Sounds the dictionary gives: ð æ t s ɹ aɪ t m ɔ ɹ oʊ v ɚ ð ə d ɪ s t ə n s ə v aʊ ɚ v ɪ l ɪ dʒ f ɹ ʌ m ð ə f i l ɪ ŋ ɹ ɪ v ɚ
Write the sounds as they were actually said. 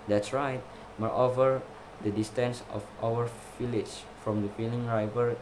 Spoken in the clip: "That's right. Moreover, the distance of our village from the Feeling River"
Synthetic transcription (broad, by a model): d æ t s ɹ aɪ t m ɔ ɹ oʊ v ɚ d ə d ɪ s t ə n s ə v aʊ ɚ f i l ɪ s f ɹ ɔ m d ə f i l ɪ ŋ ɹ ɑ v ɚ